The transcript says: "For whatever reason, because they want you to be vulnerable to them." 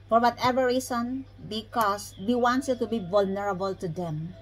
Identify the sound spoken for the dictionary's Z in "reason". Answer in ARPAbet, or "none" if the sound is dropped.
S